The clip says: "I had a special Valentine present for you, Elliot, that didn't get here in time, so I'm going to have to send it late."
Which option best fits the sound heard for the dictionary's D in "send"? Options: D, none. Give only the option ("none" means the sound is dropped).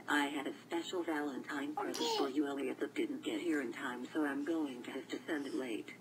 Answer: D